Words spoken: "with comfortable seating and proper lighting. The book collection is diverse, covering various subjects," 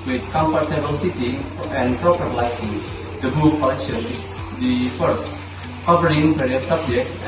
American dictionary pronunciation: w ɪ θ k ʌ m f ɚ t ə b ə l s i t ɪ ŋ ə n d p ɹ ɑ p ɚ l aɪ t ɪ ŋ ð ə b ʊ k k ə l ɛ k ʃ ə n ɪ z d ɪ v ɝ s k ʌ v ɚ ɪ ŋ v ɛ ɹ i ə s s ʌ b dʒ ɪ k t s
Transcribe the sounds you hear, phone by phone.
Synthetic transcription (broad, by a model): w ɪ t k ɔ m p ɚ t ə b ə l s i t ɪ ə n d p ɹ ɑ p ɚ l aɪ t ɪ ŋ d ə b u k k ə l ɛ k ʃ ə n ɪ s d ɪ f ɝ s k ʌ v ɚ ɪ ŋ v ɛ ɹ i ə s s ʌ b dʒ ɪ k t s